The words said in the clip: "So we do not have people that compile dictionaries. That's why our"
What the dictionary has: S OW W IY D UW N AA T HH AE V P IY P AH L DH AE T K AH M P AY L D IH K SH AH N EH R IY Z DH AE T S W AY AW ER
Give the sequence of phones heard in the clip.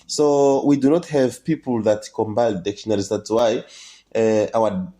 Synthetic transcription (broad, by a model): S OW W IY D UW N AA T HH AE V P IY P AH L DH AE T K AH M B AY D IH K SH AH N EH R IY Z DH AE T S W AY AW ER